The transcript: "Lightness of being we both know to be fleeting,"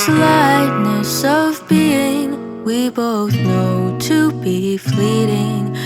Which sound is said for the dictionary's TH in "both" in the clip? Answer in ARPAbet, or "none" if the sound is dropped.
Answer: TH